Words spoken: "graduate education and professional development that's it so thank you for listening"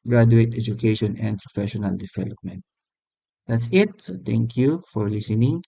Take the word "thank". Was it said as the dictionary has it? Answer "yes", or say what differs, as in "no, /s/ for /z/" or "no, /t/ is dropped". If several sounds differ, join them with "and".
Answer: no, /t/ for /θ/